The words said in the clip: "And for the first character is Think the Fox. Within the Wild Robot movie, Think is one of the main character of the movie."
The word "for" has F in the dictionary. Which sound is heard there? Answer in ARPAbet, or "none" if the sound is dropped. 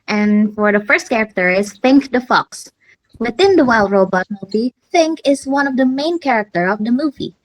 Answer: F